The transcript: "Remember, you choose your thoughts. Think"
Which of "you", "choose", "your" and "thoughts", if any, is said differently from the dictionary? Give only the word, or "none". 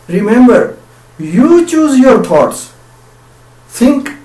thoughts